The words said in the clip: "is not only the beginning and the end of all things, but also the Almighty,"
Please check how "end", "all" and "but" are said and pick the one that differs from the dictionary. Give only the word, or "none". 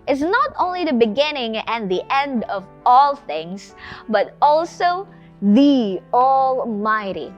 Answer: none